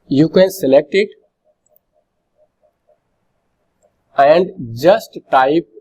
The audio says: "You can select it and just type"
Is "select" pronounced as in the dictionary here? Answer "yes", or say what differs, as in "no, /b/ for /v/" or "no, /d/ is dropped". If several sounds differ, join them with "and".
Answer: yes